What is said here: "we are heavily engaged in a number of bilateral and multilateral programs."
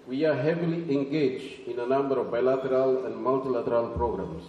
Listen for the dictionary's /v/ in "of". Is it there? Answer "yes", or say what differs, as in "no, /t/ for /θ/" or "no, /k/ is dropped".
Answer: yes